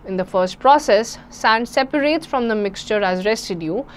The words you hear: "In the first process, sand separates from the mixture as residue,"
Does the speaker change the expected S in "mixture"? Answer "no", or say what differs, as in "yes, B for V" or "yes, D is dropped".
no